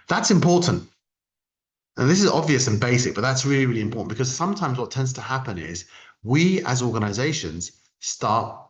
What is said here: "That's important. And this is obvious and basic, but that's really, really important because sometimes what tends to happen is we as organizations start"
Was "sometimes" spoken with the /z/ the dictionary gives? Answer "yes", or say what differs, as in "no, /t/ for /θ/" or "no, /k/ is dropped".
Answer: yes